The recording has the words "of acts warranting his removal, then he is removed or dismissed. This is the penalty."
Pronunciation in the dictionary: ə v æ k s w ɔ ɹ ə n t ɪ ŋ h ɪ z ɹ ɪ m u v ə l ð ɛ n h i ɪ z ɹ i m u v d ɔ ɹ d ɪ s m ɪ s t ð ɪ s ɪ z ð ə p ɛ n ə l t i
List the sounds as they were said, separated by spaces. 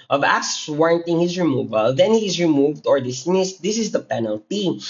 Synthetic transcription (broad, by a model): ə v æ s w ɔ ɹ ə n t ɪ ŋ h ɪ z ɹ ɪ m u v ə l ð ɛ n h i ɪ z ɹ i m u v d ɔ ɹ d ɪ s m ɪ s t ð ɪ s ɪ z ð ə p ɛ n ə l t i